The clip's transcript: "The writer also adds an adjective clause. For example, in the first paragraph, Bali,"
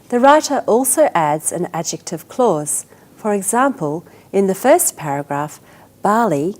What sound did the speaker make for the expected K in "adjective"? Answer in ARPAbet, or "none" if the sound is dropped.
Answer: K